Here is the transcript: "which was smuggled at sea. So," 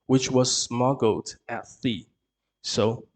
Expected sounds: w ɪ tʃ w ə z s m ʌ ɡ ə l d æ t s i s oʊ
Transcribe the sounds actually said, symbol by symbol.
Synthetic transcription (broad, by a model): w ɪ tʃ w ə z s m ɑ ɡ l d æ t θ i s oʊ